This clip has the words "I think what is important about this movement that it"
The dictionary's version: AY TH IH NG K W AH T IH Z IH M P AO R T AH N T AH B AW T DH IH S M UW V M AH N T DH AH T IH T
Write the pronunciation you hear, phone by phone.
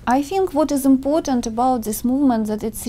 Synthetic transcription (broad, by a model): AY TH IH NG K W AH T IH Z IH M P AO R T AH N T AH B AW T DH IH S M UW V M AH N T DH AH T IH T